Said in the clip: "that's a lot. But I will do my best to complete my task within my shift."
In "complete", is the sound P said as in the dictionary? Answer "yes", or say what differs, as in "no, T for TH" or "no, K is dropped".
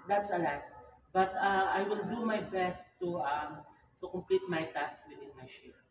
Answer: yes